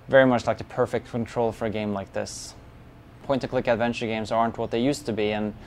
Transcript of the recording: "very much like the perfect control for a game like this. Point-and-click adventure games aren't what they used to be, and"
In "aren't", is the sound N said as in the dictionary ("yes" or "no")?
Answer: yes